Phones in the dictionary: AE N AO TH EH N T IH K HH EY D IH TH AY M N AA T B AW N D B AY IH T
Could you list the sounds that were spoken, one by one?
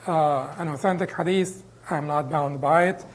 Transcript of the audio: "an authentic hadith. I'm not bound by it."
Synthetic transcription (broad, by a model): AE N AO TH EH N T IH K HH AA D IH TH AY M N AA T B AW N D B AY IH T